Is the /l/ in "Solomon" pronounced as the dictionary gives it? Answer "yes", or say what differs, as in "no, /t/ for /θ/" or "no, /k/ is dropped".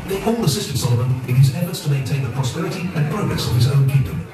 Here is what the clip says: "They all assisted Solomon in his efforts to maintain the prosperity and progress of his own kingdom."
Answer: yes